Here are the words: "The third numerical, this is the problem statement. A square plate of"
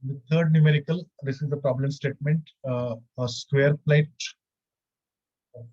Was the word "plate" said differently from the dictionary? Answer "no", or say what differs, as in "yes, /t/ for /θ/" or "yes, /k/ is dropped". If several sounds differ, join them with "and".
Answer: yes, /t/ is dropped